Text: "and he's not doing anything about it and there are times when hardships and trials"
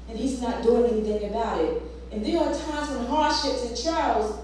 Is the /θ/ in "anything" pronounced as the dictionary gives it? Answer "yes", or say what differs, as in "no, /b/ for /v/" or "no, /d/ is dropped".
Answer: yes